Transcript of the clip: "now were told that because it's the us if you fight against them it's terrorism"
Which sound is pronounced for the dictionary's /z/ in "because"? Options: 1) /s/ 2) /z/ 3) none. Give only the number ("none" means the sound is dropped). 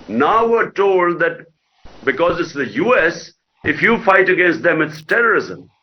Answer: 2